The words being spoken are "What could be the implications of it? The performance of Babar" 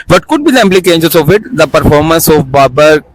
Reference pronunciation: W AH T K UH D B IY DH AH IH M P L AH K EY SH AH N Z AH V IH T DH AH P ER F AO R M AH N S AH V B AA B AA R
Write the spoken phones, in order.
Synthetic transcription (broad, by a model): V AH T K UH D B IY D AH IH M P L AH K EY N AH Z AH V IH T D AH P ER F AO R M AH N S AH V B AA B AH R